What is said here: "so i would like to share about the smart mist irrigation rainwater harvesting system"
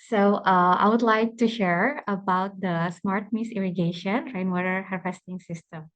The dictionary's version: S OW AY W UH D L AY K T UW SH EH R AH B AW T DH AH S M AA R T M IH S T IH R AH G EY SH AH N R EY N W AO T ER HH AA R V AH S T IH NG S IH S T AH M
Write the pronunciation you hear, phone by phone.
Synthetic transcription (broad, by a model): S OW AY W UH D L AY K T UW SH EH R AH B AW T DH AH S M AA R T M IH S IH R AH G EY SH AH N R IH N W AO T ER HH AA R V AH S T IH NG S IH S T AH M